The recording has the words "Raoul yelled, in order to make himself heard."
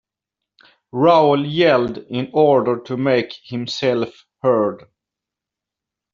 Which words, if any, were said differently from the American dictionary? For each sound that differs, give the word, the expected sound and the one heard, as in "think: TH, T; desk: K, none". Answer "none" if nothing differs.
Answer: none